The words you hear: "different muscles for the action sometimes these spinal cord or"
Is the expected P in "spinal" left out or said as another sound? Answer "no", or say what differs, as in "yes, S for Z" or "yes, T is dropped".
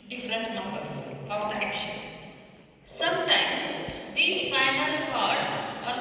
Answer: yes, F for P